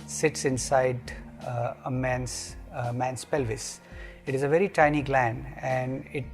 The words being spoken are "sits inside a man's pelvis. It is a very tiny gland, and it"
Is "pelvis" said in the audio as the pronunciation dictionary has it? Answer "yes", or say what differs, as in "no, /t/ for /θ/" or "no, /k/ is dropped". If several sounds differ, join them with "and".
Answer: yes